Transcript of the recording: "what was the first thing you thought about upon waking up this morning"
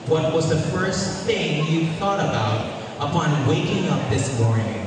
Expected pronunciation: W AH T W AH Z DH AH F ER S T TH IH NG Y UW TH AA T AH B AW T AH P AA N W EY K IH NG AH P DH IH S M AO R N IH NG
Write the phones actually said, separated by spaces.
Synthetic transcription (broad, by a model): W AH T W AH Z DH AH F ER S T TH IH NG Y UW TH AA T AH B AW T AH P AA N W EY K IH NG AH P DH IH S M AO R N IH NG